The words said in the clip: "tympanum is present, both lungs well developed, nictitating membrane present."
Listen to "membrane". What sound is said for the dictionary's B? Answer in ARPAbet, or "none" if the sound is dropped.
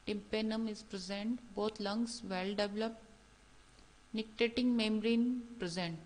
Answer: none